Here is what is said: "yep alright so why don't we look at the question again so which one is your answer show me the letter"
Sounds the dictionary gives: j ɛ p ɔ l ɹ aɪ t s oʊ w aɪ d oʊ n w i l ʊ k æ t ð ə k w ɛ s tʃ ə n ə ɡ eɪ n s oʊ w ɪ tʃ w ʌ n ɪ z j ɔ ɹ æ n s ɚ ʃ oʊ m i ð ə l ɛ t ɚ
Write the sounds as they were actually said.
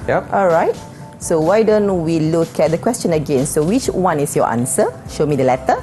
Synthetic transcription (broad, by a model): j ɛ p ɔ l ɹ aɪ t s oʊ w aɪ d oʊ n w i l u k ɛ t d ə k w ɛ s tʃ ə n ə ɡ eɪ n s oʊ w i tʃ w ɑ n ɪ s j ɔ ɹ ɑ n s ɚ ʃ oʊ m i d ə l ɛ t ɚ